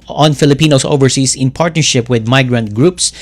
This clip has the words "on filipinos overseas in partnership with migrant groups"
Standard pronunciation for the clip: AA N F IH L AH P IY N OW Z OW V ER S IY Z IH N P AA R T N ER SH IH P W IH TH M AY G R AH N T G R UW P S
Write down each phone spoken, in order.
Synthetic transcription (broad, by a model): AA N F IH L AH P IY N OW S OW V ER S IY S IH N P AA R T N ER SH IH P W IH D M AY G R AH N T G R UW P S